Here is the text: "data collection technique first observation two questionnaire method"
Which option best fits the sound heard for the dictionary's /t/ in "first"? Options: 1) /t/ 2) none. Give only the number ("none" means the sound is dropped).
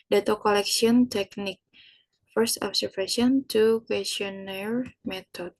1